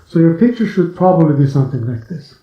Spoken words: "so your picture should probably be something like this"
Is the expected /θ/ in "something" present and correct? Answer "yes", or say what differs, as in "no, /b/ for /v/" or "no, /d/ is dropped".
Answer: yes